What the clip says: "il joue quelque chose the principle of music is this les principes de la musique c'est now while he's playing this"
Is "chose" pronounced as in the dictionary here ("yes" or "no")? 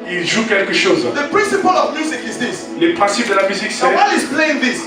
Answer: no